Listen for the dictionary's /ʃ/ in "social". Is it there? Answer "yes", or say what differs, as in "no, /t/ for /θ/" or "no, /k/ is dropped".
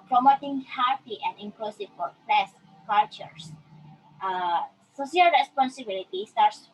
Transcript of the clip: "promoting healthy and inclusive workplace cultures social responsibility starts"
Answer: no, /s/ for /ʃ/